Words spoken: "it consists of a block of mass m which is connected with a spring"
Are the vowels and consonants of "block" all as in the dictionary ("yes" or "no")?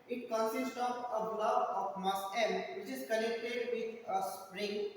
no